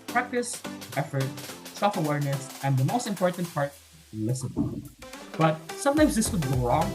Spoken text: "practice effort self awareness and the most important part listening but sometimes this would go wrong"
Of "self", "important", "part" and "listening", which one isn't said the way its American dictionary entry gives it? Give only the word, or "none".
listening